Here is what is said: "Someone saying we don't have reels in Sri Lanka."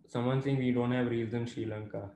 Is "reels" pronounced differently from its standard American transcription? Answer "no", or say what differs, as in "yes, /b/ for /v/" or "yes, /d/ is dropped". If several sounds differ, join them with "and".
yes, /l/ is dropped